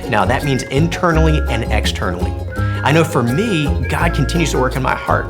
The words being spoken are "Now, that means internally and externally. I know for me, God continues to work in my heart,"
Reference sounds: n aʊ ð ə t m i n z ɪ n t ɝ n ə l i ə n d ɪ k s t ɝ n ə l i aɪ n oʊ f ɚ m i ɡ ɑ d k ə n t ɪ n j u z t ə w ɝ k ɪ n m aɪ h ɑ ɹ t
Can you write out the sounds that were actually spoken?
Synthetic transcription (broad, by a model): n aʊ ð ə t m i n z ɪ n t ɝ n l i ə n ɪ k s t ɝ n l i aɪ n oʊ f ɚ m i ɡ ɑ d k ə n t ɪ n j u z t ə w ɝ k ɪ n m aɪ h ɑ ɹ t